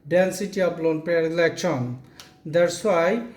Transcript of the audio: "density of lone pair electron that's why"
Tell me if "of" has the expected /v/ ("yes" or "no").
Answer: no